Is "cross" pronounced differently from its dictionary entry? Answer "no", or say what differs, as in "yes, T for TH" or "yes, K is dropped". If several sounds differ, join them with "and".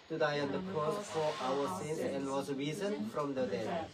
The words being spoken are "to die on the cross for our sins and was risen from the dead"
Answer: yes, R is dropped